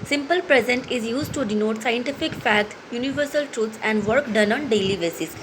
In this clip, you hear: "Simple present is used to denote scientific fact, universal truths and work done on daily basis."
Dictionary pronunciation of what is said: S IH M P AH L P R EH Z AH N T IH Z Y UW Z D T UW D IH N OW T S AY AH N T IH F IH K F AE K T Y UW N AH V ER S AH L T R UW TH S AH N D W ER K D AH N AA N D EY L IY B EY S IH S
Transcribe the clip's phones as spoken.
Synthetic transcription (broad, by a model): S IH M P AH L P R EH Z AH N T IH Z Y UW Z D T UW D IH N OW T S AY AH N T IH F IH K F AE T Y UW N AH V ER S AH L T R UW T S AH N D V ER K D AH N AA N D EY L IY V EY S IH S